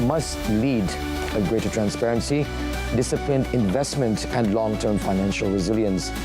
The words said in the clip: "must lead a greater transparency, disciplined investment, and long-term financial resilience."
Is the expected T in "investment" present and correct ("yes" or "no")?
yes